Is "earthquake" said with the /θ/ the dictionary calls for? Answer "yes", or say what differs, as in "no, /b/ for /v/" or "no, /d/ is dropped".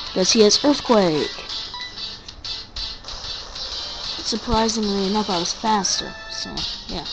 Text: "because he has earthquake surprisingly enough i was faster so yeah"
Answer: yes